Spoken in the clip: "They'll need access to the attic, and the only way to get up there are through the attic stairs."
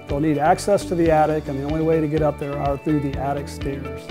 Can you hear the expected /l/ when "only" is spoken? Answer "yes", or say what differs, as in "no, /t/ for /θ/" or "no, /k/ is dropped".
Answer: yes